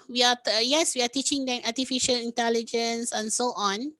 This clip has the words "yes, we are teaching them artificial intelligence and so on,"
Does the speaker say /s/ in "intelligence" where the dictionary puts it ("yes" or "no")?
yes